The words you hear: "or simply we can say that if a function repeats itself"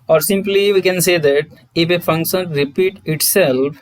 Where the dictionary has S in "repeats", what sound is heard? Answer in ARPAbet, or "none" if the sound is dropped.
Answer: none